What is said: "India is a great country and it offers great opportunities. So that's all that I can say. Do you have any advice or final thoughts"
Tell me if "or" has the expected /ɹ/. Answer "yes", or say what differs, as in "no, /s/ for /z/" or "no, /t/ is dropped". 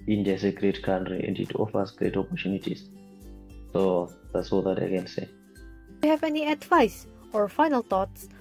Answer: yes